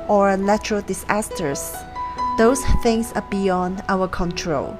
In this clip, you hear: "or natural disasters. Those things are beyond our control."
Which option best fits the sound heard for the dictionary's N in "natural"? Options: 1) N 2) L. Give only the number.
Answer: 2